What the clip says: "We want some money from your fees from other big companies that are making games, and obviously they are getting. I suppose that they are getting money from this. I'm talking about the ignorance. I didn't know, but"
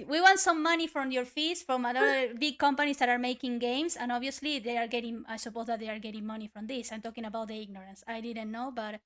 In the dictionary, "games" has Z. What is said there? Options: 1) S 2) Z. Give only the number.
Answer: 1